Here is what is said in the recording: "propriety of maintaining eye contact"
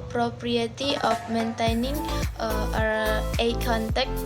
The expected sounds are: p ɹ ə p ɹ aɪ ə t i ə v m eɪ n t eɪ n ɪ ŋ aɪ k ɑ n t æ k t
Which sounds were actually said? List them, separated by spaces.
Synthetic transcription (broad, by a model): p ɹ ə p ɹ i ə t i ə p m eɪ n t eɪ n ɪ ŋ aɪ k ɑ n t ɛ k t